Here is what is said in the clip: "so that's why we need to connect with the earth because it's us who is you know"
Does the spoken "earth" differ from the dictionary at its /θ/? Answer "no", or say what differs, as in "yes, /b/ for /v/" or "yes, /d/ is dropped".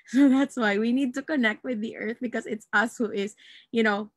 no